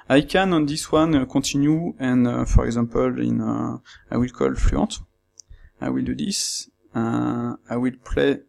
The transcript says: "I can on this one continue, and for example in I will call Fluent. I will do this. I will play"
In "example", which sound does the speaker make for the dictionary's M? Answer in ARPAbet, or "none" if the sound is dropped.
none